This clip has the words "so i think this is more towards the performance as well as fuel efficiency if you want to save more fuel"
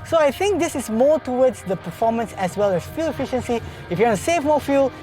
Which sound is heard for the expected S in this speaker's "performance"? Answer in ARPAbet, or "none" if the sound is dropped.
S